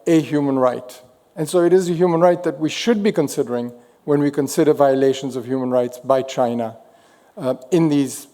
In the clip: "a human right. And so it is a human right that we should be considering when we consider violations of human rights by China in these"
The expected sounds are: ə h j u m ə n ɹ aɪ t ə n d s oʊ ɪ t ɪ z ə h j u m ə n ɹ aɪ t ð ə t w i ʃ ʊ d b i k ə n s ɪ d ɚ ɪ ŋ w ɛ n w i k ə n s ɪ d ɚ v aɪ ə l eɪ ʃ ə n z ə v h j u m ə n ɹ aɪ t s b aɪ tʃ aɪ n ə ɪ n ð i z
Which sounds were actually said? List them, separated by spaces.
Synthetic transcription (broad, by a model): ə h j u m ə n ɹ aɪ t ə n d s oʊ ɪ t ɪ z ə h j u m ə n ɹ aɪ t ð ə t w i ʃ ʊ d b i k ə n s ɪ d ɚ ɪ ŋ w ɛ n w i k ə n s ɪ d ɚ v aɪ ə l eɪ ʃ ə n z ə v h j u m ə n ɹ aɪ t s b aɪ tʃ aɪ n ə ɪ n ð i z